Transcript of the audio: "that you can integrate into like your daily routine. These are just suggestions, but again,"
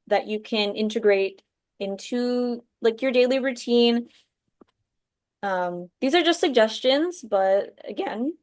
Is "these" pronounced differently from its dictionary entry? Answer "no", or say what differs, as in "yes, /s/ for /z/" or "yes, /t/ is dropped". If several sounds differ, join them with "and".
no